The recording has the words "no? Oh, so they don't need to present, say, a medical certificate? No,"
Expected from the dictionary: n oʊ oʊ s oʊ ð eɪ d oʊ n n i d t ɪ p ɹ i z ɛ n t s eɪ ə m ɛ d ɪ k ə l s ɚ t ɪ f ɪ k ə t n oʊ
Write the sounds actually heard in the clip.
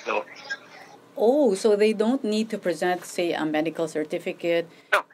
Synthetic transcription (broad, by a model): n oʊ oʊ s oʊ ð eɪ d oʊ n n i d t ɪ p ɹ i z ɛ n t s eɪ ə m ɛ d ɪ k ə l s ɚ t ɪ f ɪ k ə t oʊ